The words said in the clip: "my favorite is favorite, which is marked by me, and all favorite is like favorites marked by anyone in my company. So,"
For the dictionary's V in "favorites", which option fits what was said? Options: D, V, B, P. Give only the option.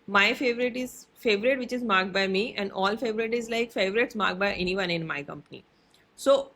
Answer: V